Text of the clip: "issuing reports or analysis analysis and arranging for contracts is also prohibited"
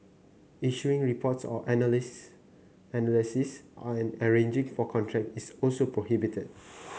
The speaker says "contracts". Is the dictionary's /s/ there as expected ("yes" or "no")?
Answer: no